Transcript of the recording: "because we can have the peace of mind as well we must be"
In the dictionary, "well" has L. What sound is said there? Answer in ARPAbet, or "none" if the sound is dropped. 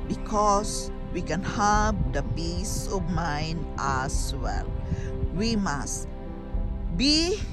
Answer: L